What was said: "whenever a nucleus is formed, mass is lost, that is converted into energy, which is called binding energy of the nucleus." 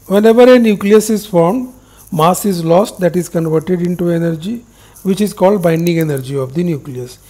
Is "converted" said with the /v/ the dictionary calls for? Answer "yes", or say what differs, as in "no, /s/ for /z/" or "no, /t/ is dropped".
yes